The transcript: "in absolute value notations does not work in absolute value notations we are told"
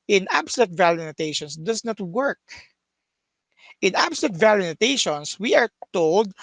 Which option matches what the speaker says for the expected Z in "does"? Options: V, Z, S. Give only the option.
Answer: S